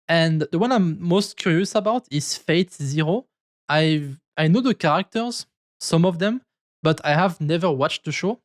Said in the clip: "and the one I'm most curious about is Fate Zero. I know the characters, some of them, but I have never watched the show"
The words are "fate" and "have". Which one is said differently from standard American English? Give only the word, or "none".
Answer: none